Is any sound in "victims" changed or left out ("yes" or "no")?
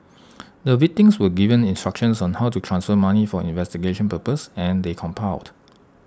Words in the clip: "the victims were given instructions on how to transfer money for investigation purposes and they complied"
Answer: yes